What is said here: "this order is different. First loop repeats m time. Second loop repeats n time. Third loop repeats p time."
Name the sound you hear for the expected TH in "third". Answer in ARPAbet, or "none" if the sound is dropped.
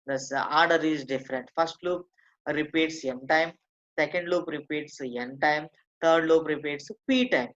T